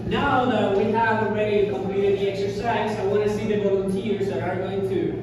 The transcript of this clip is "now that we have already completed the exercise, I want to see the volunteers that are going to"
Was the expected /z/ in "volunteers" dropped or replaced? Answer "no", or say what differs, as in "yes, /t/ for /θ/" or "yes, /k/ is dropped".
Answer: no